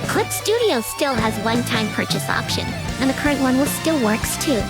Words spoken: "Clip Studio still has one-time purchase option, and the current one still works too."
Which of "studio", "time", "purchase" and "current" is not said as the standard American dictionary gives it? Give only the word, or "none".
none